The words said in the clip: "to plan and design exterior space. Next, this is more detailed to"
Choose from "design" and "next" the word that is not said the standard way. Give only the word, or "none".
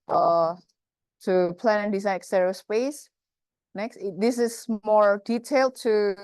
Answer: design